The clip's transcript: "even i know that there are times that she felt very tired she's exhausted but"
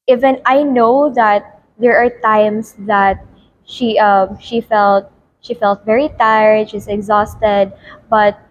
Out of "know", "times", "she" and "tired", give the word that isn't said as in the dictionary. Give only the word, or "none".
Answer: times